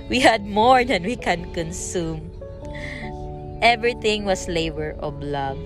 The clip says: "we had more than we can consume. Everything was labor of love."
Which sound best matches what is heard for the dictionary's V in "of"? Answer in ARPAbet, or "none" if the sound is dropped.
B